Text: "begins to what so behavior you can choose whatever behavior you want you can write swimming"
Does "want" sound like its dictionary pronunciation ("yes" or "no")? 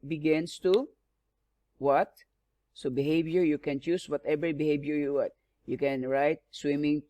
no